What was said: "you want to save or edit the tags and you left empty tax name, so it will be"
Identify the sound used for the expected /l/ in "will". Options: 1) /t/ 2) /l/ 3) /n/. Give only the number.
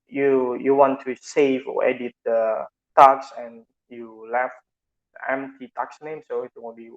3